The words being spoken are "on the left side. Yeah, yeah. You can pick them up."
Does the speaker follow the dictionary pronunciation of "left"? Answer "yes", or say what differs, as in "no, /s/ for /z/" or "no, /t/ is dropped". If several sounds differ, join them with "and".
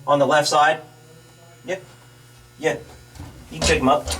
yes